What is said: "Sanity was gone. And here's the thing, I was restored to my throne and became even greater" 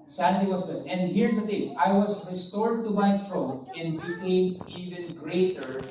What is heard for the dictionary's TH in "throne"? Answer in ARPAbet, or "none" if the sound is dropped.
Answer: T